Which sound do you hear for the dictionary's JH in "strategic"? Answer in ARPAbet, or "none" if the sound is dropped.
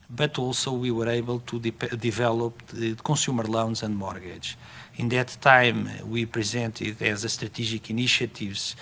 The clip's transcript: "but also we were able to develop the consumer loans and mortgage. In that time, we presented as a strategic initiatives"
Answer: ZH